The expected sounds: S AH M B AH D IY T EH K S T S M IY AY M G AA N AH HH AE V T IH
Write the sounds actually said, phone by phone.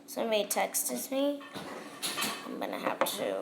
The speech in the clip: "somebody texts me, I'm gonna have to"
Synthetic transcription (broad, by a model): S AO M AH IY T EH K S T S M IY AY M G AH N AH HH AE P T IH